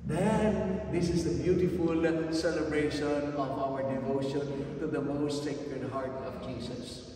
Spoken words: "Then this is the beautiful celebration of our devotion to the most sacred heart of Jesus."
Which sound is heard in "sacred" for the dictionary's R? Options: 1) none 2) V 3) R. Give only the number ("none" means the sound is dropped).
1